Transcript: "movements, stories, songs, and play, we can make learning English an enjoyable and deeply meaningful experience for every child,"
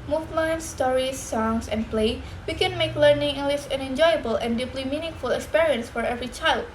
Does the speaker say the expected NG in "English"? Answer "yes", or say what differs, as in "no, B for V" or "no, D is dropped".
no, NG is dropped